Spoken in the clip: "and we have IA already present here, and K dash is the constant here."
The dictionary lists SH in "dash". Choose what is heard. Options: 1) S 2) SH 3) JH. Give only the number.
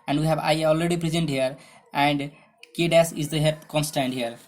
1